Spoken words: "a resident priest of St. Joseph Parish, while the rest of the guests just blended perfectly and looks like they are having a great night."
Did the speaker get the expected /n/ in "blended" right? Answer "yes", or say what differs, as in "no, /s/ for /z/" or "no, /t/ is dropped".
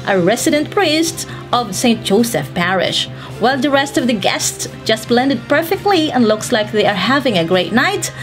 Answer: yes